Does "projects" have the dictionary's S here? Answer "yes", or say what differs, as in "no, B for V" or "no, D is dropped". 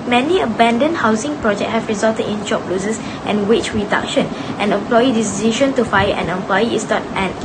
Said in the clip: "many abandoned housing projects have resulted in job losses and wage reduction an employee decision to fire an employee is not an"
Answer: no, S is dropped